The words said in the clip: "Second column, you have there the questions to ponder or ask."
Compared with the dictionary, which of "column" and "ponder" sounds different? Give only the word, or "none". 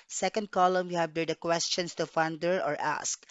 ponder